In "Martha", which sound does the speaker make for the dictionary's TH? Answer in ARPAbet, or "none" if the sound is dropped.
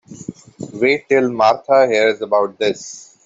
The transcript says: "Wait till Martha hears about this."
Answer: T